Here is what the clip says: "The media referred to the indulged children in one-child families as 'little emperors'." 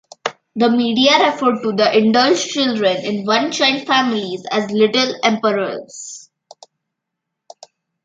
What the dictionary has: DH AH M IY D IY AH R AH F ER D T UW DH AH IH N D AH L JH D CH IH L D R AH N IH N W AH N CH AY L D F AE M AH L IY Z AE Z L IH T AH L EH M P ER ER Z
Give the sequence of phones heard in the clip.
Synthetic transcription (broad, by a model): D AH M IY D IY AH R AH F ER D T UW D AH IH N D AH L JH CH IH L D R AH N IH N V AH N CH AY N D F AE M AH L IY Z AE Z L IH T AH L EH M P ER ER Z